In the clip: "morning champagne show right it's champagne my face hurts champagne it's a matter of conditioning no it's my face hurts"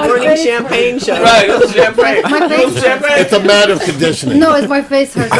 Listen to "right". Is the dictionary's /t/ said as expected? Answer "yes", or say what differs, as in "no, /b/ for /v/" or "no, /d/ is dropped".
no, /t/ is dropped